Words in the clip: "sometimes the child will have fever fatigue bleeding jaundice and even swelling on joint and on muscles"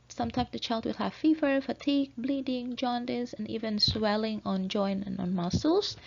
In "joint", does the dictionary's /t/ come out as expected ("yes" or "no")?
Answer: no